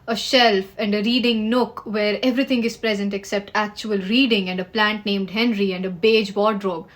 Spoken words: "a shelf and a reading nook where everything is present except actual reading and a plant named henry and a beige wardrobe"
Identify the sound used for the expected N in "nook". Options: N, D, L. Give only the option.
N